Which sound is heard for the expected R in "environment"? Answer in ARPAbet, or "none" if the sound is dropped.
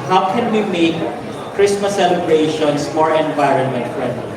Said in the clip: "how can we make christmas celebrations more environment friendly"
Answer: R